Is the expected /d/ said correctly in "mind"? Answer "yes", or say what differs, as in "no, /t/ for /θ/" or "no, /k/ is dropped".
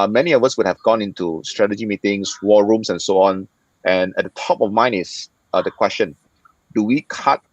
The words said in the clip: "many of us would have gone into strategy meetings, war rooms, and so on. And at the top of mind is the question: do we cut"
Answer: no, /d/ is dropped